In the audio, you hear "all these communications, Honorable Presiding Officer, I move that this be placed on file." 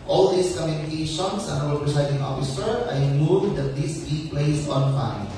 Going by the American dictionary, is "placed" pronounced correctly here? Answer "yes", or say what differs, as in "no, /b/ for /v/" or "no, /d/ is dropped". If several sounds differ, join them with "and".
no, /t/ is dropped